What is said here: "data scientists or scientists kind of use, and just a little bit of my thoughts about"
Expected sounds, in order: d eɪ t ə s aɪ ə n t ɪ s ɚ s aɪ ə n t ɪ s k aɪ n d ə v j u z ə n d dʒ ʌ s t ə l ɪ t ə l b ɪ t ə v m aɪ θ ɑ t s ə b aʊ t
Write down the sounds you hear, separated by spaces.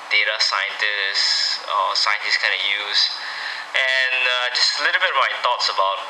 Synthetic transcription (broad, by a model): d eɪ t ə s aɪ ə n t ɪ s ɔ s aɪ ə n t ɪ s k aɪ n d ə j u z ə n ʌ dʒ ʌ s t ə l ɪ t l b ɪ t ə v m aɪ t ɑ t s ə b aʊ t